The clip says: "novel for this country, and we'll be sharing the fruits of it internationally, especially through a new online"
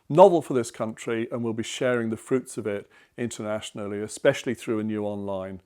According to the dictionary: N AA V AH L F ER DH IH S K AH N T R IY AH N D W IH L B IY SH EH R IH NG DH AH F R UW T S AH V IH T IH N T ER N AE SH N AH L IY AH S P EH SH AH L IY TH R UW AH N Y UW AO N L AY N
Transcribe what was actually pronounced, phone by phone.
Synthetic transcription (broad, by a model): N AA V AH L F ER DH IH S K AH N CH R IY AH N W IH L B IY SH EH R IH NG DH AH F R UW T S AH V IH T IH N T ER N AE SH N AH L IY AH S P EH SH AH L IY TH R UW AH N Y UW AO N L AY N